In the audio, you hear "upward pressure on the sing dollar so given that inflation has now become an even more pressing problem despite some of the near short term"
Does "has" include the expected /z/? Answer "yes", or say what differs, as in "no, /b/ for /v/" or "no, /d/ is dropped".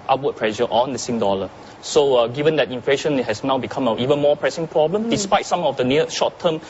no, /s/ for /z/